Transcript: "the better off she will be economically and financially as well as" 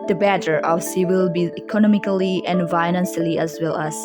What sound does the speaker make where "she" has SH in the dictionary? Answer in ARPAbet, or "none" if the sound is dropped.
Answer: S